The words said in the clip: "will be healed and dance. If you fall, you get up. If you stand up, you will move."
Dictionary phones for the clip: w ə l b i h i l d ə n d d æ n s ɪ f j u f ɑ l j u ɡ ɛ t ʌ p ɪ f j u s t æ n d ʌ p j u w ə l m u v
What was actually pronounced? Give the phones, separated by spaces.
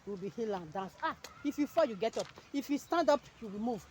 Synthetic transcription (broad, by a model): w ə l b i h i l ə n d d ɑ n s ɪ f j u f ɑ j u ɡ ɛ t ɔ p ɪ f j u s t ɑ n d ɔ p j u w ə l m u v